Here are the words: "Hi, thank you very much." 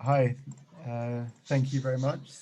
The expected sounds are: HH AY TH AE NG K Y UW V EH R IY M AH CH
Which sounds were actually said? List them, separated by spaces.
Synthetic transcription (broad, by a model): HH AY TH AE NG K Y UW V EH R IY M AH CH